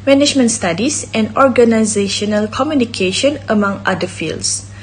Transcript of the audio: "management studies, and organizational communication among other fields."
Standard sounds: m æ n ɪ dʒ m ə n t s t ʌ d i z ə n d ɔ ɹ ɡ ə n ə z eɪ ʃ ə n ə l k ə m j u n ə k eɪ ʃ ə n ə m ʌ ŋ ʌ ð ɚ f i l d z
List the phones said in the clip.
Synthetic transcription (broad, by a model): m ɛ n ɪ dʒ m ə n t s t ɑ d i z ə n d ɔ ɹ ɡ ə n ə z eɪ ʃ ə n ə l k ə m j u n ə k eɪ ʃ ə n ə m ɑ ŋ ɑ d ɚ f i l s